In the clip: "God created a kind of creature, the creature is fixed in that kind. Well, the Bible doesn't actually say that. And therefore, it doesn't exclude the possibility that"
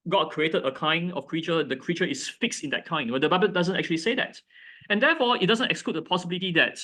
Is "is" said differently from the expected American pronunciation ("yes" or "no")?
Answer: yes